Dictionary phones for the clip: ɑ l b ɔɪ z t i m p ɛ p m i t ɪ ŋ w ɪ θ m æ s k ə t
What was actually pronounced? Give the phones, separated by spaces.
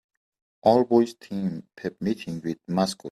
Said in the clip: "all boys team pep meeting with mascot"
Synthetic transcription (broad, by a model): ɑ l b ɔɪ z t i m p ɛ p m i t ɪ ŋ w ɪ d m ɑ s k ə